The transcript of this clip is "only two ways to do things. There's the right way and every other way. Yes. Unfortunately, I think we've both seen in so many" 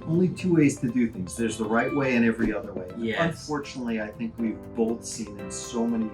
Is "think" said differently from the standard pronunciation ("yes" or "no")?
no